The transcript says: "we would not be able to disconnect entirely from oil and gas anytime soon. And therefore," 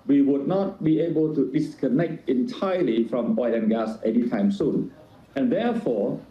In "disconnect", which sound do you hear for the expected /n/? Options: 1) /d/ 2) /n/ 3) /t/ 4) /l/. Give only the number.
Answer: 2